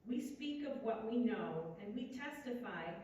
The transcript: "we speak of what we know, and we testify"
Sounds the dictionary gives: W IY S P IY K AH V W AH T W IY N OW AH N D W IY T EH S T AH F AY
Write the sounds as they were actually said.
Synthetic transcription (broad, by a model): W IY S P IY K AH V W AH T W IY N OW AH N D W IY T EH S T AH F AY